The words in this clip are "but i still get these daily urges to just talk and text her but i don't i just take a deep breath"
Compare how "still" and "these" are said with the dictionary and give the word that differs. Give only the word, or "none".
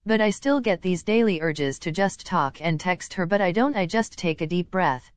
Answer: none